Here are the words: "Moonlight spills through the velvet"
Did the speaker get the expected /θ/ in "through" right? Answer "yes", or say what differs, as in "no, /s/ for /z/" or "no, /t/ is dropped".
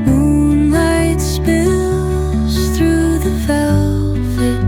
yes